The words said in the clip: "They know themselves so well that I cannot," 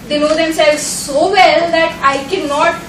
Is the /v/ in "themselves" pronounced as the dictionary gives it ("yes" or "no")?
no